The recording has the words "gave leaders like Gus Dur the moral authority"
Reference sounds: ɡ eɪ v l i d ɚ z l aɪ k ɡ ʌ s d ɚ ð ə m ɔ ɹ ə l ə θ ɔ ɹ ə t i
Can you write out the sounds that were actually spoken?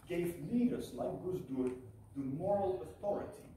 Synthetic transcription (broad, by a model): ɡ eɪ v n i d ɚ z l aɪ k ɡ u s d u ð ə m ɔ ɹ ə l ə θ ɔ ɹ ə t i